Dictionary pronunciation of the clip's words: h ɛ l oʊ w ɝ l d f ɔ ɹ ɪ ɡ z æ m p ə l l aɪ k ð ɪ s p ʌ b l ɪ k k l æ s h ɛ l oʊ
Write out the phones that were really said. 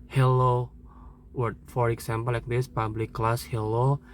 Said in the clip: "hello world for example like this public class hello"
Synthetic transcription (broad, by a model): h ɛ l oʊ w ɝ d f ɔ ɹ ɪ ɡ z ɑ m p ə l l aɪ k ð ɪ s p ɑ b l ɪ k k l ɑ s h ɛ l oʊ